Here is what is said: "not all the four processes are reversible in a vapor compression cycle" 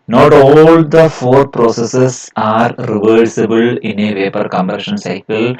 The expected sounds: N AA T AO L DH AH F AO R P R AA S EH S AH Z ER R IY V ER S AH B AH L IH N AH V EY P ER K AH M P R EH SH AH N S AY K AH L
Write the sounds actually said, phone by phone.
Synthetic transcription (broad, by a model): N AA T AO L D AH F AO R P R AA S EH S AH S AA R IY V ER S AH B AH L IH N AH V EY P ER K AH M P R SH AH N S AY K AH L